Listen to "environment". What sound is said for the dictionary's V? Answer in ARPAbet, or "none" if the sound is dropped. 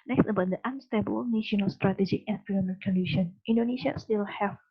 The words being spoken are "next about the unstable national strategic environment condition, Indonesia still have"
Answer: F